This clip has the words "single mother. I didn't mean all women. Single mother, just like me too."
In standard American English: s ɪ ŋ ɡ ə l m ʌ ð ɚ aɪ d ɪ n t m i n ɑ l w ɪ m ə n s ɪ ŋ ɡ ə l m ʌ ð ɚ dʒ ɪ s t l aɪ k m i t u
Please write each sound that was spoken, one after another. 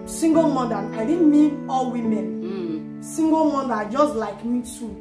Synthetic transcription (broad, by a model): s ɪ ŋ ɡ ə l m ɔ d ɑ aɪ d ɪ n m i ɑ l w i m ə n s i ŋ ɡ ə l m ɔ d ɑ dʒ ɪ s t l aɪ k m i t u